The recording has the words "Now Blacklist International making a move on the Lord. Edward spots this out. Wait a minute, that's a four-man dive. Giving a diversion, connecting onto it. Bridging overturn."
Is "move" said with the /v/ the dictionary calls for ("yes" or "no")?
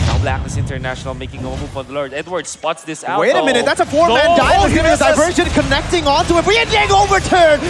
no